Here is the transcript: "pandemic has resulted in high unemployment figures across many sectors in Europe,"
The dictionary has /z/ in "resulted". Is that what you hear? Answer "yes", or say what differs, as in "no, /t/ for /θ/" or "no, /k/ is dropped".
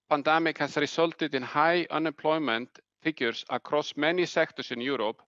no, /s/ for /z/